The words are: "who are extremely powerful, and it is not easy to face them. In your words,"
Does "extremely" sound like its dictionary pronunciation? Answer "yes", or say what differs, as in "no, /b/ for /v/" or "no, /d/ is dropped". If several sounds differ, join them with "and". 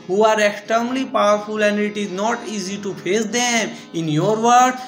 no, /ɹ/ is dropped